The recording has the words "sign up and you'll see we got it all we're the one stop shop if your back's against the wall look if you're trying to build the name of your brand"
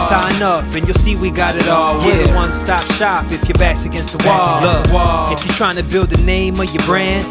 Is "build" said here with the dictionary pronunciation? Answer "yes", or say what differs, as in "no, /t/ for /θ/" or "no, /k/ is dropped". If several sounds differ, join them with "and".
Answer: yes